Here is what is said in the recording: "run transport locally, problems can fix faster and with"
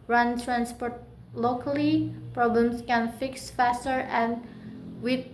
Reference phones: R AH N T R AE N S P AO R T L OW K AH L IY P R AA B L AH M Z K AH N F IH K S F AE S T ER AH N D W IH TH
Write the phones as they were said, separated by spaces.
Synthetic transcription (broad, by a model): R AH N T R AE N S P AO R T L OW K AH L IY P R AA B L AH M S K AH N F IH K S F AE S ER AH N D W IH